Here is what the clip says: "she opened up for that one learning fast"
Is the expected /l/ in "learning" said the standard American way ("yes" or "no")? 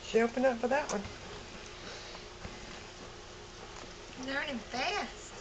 no